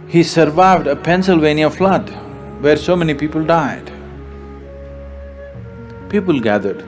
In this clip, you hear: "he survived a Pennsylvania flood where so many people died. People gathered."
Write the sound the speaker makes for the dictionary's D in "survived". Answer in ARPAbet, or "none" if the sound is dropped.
D